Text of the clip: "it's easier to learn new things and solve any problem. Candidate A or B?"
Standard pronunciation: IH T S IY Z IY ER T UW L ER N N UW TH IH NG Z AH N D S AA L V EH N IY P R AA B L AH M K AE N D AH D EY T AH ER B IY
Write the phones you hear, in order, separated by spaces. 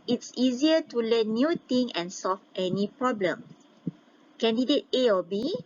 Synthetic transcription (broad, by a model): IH T S IY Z IY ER T UW L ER N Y UW T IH NG AH N S AA L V EH N IY P R AA B L AH M K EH N D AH D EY T AH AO B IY